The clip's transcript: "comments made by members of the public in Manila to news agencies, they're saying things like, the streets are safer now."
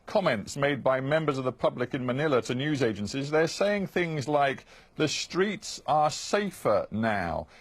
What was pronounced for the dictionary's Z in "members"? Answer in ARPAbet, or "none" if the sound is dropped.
Z